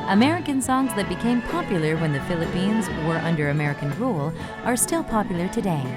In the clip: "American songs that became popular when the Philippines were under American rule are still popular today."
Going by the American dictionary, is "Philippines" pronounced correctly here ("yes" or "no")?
yes